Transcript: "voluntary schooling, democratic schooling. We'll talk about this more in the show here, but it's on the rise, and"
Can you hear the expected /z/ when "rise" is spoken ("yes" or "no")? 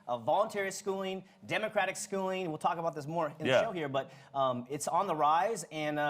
yes